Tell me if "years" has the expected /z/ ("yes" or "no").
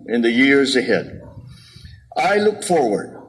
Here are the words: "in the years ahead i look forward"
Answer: yes